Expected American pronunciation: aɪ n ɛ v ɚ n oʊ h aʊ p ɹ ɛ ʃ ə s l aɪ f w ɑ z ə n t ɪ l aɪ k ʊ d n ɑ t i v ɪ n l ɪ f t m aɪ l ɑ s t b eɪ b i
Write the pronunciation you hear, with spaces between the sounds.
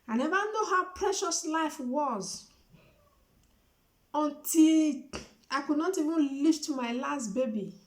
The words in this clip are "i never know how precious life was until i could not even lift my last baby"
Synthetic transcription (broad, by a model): aɪ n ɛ v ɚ n oʊ h aʊ p ɹ ɛ ʃ ə s l aɪ f w ɑ z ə n t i l aɪ k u d n ɑ t i v ɪ n l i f t m aɪ l ɑ s t b eɪ b i